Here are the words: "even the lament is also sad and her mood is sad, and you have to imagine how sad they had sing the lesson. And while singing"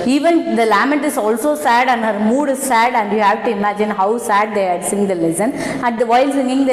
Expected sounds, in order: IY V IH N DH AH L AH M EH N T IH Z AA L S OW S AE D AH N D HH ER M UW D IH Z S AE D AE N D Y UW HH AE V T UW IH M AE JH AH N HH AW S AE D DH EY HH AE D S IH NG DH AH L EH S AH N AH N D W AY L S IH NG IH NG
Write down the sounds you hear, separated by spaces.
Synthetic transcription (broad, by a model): IY V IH N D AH L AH M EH T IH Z AA L S OW S AE D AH N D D M UW D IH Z S AE D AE N D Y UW HH AE V T UW IH M AE JH AH N HH AW S AE D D EY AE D S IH NG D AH L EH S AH N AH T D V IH L S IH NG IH NG